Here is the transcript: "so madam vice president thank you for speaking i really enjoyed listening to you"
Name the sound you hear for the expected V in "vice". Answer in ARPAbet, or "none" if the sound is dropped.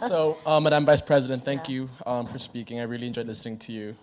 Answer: V